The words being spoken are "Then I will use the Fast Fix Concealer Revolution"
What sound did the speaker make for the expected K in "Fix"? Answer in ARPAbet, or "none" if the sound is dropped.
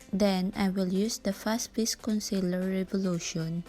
none